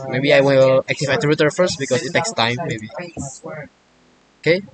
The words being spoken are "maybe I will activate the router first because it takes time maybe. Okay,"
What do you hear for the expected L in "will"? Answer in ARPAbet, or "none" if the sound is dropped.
N